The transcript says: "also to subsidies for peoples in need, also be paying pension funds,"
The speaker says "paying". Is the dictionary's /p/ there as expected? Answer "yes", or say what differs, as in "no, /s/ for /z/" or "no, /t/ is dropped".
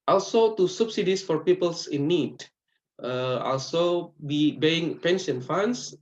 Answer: no, /b/ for /p/